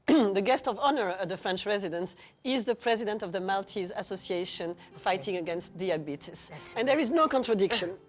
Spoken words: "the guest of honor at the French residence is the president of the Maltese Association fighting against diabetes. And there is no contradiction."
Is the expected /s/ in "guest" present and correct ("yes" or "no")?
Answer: yes